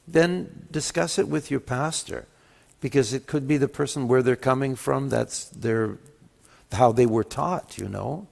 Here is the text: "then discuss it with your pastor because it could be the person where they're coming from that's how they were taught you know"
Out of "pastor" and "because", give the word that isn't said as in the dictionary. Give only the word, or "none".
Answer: none